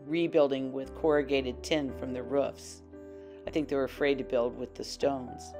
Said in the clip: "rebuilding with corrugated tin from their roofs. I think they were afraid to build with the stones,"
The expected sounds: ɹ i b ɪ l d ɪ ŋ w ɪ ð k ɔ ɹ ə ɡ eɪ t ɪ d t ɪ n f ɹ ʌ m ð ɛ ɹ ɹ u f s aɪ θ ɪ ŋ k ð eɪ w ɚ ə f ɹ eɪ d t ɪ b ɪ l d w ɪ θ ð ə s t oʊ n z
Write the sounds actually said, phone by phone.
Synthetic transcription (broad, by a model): ɹ i b ɪ l d ɪ ŋ w ɪ ð k ɔ ɹ ə ɡ eɪ t ɪ d t ɪ n f ɹ ʌ m ð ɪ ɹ ɹ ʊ f s aɪ θ ɪ ŋ k ð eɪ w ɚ ə f ɹ eɪ d t ɪ b ɪ l d w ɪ ð ə s t oʊ n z